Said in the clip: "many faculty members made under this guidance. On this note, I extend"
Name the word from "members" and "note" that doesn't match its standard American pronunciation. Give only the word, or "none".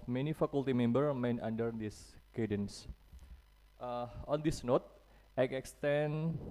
members